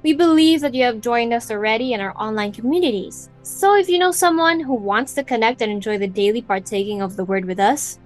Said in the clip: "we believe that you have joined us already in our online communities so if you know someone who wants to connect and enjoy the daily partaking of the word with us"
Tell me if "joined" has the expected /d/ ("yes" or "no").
yes